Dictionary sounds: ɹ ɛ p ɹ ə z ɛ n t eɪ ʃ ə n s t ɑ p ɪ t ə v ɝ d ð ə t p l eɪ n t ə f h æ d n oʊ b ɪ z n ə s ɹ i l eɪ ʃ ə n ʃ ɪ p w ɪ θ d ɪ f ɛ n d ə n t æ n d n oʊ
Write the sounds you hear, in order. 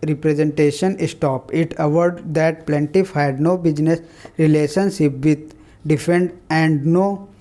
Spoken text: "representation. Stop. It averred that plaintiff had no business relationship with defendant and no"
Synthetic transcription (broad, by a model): ɹ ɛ p ɹ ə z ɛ n t eɪ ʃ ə n s t ɑ p ɪ t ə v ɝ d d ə t p l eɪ n t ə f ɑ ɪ d n oʊ b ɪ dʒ n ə s ɹ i l eɪ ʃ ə n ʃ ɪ p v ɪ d d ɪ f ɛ n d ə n n d n oʊ